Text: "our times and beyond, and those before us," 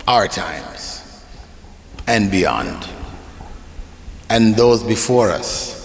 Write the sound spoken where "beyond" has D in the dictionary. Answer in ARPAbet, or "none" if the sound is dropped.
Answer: D